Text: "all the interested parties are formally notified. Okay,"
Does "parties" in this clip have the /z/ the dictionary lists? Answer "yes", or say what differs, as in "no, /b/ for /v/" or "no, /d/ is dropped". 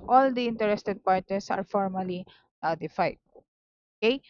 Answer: no, /s/ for /z/